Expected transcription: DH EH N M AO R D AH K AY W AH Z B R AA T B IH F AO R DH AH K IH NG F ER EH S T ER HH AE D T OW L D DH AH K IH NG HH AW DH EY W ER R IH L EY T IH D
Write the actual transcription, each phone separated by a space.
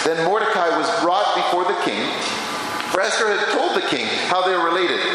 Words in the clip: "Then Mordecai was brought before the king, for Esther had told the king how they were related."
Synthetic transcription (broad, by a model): DH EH N M AO R D AH K AY W AH Z B R AA T B IH F AO R DH AH K IH NG F ER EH S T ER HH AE D T OW L D DH AH K IH NG HH AW DH EY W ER R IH L EY T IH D